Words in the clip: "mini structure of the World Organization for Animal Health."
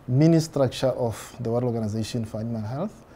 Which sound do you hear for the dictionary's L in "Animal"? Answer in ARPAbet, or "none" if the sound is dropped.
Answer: N